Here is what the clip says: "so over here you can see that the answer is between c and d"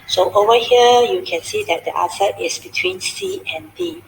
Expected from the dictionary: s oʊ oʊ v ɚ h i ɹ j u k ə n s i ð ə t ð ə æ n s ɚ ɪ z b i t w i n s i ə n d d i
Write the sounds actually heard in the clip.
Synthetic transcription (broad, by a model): s oʊ oʊ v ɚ h i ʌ j u k ə n s i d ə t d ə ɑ s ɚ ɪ s b i t w i n s i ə n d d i